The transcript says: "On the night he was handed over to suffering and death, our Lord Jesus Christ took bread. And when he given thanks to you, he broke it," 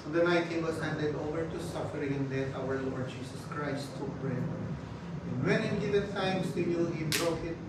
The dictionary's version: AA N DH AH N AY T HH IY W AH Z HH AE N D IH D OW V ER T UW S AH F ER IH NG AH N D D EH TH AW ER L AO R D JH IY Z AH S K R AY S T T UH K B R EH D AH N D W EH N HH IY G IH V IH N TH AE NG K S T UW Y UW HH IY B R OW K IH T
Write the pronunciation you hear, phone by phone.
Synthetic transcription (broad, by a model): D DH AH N AY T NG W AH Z HH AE N D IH D OW V ER T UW S AH F ER IH NG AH N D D EH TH AW ER L AO R D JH IY S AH S K R AY S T T UH K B R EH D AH N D W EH N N G IH V IH N T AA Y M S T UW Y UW HH IY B R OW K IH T